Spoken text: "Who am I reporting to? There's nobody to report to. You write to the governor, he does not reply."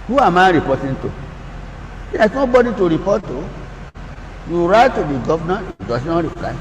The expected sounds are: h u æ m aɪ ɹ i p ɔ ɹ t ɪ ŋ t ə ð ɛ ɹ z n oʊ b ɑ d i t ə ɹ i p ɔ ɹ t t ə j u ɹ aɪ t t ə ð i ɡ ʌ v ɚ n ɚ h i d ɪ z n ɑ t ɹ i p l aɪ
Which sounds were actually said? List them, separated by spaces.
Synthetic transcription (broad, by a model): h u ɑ m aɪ ɹ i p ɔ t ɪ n t ə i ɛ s n oʊ b ɑ d i t ə ɹ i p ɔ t t ə j u ɹ aɪ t t ə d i ɡ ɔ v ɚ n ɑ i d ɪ s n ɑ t ɹ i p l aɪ